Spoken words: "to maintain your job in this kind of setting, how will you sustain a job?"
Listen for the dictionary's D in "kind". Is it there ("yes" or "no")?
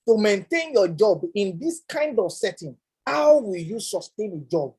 yes